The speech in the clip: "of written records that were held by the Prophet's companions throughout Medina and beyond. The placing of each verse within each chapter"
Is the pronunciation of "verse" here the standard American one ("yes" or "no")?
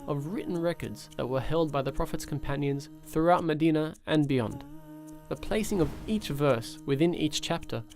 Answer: yes